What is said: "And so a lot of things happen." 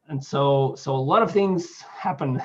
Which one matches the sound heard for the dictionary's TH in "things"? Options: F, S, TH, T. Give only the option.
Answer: TH